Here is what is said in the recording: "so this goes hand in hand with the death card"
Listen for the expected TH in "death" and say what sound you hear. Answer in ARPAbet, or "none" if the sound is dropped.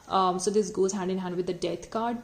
T